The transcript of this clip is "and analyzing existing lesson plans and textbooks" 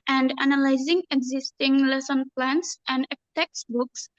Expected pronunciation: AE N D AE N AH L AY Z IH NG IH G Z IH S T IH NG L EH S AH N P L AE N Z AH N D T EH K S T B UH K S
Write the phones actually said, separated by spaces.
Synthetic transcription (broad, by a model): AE N D AE N AH L AY Z IH NG IH G Z IH S T IH NG L EH S AH N P L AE N S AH N D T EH K S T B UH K S